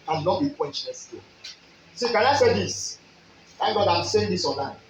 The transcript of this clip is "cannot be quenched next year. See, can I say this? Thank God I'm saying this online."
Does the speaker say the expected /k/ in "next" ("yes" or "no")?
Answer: no